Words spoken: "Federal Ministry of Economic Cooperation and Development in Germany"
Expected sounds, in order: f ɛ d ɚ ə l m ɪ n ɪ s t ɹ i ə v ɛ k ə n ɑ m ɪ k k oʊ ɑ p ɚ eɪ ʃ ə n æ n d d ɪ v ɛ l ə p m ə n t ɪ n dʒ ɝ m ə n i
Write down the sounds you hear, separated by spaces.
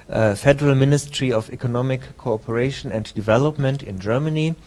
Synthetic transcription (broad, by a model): f ɛ d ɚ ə l m ɪ n ɪ s t ɹ i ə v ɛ k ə n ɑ m ɪ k k oʊ ɑ p ɚ eɪ ʃ ə n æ n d d ɪ v ɛ l ə p m ə n t ɪ n dʒ ɝ m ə n i